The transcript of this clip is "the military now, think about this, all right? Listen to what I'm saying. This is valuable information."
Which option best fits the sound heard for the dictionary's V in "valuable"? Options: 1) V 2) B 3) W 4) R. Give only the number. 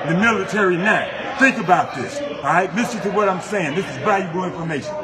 2